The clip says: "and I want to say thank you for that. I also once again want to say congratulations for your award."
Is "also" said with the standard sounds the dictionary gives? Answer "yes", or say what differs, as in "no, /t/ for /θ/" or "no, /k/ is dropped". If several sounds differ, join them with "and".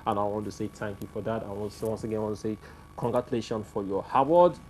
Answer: no, /n/ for /l/